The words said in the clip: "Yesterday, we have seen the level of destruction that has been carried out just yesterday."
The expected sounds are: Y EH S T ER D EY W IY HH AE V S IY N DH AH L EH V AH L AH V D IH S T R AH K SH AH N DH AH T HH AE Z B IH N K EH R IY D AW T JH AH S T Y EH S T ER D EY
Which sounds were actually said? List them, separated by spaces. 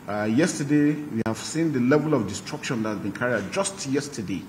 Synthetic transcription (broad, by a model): Y EH S T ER D EY W IY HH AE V S IY N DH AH L EH V AH L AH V D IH S T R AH K SH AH N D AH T HH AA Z B IH N K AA R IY AW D JH AH S T Y EH S T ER D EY